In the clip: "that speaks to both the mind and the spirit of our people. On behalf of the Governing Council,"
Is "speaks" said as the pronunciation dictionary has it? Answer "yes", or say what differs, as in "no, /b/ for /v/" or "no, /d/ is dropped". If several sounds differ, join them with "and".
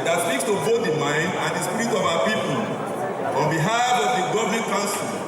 no, /p/ is dropped